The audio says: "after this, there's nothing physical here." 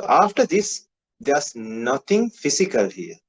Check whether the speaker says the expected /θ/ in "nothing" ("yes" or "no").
no